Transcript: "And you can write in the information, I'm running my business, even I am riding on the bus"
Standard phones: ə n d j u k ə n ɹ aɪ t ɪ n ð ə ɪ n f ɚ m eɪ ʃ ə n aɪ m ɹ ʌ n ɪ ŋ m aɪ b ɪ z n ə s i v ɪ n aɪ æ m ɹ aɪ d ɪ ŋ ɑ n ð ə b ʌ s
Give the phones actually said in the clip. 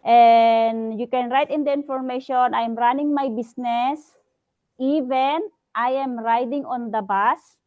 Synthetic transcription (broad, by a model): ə n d j u k ə n ɹ aɪ t ɪ n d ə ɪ n f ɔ m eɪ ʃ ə n aɪ m ɹ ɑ n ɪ ŋ m aɪ b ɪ s n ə s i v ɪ n aɪ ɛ m ɹ aɪ d ɪ ŋ ɑ n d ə b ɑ s